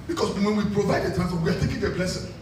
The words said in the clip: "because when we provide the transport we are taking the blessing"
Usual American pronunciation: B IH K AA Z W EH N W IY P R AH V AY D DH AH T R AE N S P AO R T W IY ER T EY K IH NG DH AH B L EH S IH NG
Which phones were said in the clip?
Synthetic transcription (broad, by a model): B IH K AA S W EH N W IY P R AH V AY D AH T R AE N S F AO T W IY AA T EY K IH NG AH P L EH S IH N